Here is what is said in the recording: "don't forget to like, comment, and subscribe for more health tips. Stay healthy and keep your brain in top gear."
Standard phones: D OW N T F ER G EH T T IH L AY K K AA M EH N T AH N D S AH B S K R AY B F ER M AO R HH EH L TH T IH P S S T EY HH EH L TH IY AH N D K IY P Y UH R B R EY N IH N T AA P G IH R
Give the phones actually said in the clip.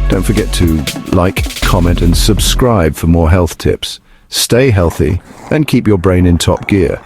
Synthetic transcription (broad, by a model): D OW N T F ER G EH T T IH L AY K K AA M EH N T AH N S AH B S K R AY B F ER M AO R HH EH L TH T IH P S S T EY HH EH L TH IY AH N K IY P Y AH R B R EY N IH N T AA P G IH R